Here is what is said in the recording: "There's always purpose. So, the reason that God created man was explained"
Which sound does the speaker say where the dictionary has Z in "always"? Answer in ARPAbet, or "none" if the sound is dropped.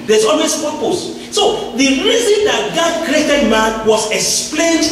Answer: S